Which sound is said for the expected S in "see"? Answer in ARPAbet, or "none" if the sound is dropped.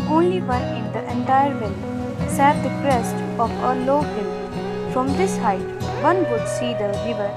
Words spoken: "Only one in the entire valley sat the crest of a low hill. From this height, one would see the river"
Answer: S